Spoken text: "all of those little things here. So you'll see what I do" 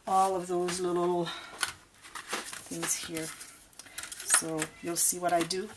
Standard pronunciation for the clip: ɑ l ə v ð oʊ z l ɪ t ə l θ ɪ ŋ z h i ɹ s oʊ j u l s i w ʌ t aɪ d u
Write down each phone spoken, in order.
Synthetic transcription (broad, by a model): ɑ l ə v ð oʊ z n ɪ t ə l θ ɪ ŋ z h i ɹ s oʊ j u l s i w ʌ t aɪ d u